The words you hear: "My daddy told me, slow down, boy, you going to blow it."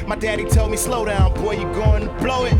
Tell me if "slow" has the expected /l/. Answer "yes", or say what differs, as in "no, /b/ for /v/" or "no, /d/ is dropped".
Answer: yes